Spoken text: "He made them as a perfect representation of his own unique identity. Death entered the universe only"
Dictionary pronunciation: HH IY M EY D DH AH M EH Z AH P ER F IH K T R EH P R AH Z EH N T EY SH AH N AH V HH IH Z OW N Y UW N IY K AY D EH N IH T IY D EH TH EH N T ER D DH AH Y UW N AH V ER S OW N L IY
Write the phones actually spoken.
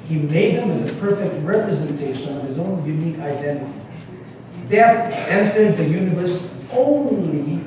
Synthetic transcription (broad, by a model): HH IY M EY D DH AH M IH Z AH P ER F IH K T R EH P R AH Z EH N T EY SH AH N AH V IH Z OW N Y UW N IY K AY D EH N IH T IY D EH T EH N T ER D DH AH Y UW N AH V ER S OW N L IY